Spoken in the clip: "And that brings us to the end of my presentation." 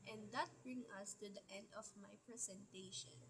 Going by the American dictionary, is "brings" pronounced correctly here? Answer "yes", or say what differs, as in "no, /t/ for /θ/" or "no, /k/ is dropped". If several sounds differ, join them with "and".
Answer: no, /z/ is dropped